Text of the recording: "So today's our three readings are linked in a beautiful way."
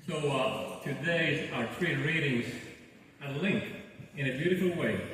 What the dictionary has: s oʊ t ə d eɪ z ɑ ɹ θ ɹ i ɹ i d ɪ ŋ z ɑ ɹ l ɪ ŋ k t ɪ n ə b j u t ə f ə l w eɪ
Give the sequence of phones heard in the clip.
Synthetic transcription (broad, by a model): s oʊ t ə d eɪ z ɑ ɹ t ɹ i ɹ i d ɪ ŋ z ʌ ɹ l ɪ ŋ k ɪ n ə b j u t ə f l w eɪ